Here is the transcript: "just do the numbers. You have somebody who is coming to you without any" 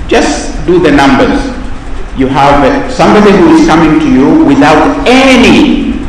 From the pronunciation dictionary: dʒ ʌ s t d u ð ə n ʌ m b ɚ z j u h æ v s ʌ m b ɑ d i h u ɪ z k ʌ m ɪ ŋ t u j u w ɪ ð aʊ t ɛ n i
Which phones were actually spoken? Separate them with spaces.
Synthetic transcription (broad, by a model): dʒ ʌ s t d u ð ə n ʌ m b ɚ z j u h æ v s ʌ m b ɑ d i h u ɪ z k ʌ m ɪ ŋ t u j u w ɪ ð aʊ t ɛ n i